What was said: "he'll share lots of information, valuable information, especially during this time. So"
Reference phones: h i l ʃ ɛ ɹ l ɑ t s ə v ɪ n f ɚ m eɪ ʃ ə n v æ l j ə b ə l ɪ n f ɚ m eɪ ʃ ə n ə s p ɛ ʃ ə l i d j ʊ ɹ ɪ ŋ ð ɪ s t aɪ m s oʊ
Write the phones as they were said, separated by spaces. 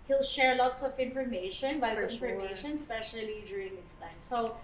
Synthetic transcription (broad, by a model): h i l ʃ ɛ ɹ l ɑ t s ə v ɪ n f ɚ m eɪ ʃ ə n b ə ə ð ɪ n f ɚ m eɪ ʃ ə n s p ɛ ʃ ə l i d j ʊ ɹ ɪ ŋ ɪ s t aɪ m s oʊ